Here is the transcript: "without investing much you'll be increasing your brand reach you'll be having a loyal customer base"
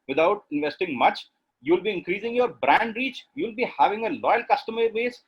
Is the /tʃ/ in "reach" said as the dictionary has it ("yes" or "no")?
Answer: yes